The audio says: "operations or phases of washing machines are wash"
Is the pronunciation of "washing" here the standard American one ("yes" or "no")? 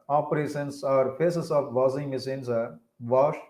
no